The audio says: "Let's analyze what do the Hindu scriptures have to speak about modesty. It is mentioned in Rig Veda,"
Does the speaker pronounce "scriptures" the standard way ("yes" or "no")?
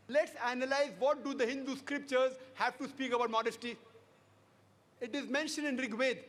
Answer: yes